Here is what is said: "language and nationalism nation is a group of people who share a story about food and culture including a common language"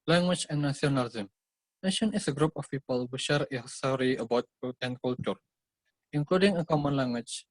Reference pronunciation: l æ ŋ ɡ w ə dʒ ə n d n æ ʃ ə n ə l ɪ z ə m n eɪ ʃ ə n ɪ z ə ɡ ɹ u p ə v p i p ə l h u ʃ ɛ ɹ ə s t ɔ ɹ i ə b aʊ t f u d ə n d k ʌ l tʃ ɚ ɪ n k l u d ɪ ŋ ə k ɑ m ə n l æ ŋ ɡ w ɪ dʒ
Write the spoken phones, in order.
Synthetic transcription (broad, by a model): l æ ŋ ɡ w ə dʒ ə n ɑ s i ə n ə l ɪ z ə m n eɪ ʃ ə n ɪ s ə ɡ ɹ u p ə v p i p ə l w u ʃ ɛ ɹ ə s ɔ ɹ i ə b aʊ t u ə n k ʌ l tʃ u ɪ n k l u d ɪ ŋ ə k ɑ m ə n l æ ŋ ɡ w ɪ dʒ